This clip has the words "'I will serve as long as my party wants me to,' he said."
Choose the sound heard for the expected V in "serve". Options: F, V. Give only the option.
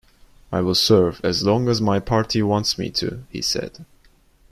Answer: V